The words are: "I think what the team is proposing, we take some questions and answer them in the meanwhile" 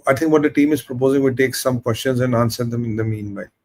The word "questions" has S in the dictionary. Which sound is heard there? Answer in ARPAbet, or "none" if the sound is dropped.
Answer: S